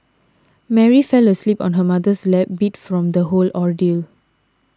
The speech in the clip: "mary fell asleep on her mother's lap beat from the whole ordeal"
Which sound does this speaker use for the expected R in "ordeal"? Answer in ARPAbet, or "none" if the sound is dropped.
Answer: R